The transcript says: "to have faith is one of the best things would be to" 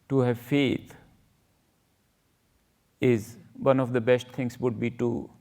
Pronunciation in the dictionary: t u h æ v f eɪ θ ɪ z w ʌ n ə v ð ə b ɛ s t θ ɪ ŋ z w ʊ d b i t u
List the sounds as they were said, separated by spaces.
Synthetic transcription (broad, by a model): t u h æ v f eɪ t ɪ z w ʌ n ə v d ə b ɛ s t t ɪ ŋ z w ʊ d b i t u